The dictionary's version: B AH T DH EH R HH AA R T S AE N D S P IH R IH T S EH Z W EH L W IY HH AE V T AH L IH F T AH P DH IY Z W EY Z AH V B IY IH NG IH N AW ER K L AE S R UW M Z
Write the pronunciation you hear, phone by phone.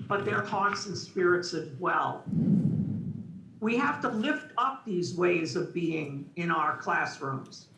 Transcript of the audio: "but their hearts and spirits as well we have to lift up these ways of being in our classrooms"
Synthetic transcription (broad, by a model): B AH T DH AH R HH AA R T S N S P IH R IH T S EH Z W EH L W IY HH AE F T AH L IH F T AH P DH IY Z W EY Z AH V B IY IH NG IH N AW ER K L AE S R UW M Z